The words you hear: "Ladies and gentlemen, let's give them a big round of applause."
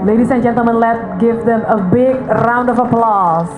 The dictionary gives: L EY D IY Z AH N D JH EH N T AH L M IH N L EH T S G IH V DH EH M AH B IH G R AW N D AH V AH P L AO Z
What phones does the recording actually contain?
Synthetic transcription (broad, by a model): L EY D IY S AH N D JH EH N T AH L M IH N L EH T G IH V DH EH M AH B IH G R AW N D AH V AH P L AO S